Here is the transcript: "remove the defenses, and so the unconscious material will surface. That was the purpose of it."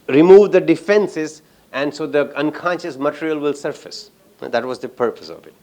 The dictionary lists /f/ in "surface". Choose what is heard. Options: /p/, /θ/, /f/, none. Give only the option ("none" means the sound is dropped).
/f/